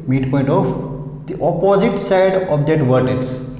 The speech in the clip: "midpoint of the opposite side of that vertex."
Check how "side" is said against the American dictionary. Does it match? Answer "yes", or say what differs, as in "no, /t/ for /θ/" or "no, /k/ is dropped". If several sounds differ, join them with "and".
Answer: yes